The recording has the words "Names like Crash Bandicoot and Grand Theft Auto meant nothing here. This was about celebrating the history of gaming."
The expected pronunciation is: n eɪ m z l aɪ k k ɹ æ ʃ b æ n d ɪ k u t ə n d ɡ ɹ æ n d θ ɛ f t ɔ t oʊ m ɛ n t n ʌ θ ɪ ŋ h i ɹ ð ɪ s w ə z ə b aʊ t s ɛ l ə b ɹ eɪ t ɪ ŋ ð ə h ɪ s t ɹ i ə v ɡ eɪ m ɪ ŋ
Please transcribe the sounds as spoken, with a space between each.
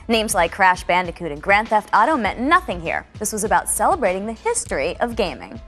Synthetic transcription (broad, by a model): n eɪ m z l aɪ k k ɹ æ ʃ b æ n d ɪ k u t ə n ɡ ɹ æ n θ ɛ f t ɔ t oʊ m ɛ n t n ʌ θ ɪ ŋ h i ɹ ð ɪ s w ə z ə b aʊ t s ɛ l ə b ɹ eɪ t ɪ ŋ ð ə h ɪ s t ɹ i ə v ɡ eɪ m ɪ ŋ